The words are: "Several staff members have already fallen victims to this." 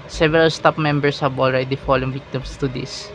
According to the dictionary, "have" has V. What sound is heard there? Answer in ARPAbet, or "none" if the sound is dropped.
B